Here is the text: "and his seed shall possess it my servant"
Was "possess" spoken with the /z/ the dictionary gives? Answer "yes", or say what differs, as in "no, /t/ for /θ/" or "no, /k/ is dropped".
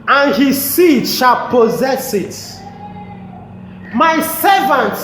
yes